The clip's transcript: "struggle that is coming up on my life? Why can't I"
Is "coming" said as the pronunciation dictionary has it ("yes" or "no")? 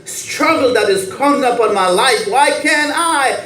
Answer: no